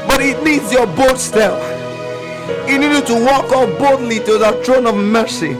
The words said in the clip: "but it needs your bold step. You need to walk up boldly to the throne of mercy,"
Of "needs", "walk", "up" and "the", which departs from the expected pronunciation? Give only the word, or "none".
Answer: up